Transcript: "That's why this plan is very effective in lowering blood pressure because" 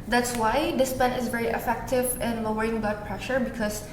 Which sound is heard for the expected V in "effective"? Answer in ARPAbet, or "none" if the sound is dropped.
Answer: V